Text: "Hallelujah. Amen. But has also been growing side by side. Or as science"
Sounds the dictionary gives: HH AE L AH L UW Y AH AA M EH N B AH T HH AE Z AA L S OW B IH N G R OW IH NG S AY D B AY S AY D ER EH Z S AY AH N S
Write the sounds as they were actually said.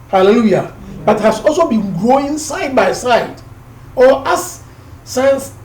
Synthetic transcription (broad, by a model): HH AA L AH L UW Y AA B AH T HH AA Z AA L S OW B IH N G R OW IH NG S AY D B AY S AY D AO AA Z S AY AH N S